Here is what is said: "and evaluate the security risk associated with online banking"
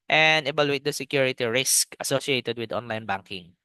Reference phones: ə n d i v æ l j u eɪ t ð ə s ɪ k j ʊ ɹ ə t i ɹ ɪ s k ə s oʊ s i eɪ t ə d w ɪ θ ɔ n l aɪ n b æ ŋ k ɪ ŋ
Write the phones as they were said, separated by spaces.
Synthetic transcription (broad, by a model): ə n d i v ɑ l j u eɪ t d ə s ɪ k j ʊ ɹ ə t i ɹ ɪ s k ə s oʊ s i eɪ t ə d w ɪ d ɔ n l aɪ n b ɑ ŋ k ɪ ŋ